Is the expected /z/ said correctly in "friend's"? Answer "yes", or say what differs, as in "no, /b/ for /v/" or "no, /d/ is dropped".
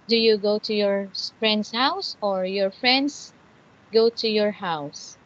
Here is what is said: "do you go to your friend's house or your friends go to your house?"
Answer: no, /s/ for /z/